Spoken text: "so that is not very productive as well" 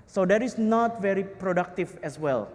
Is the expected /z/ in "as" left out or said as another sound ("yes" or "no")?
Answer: yes